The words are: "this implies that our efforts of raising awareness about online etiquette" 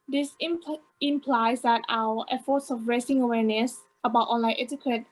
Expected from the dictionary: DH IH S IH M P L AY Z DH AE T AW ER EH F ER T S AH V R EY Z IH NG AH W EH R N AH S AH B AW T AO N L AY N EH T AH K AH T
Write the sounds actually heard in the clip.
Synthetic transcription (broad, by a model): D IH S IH M P L AY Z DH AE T AW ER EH F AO T S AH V R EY S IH NG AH W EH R N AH S AH B AW T AO N L AY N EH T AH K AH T